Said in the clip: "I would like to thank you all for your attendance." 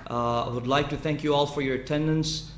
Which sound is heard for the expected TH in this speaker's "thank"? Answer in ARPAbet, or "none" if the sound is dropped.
TH